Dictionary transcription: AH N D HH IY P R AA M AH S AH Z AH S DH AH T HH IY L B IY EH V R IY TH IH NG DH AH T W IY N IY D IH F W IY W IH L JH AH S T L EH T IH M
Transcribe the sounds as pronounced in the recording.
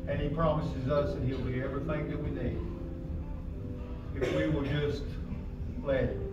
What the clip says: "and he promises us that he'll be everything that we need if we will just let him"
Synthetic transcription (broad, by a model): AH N IY P R AA M AH S AH Z AH S DH AH T HH IY L B IY EH V R IY TH IH NG DH AH T W IY N IY D IH F W IY W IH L JH AH S T L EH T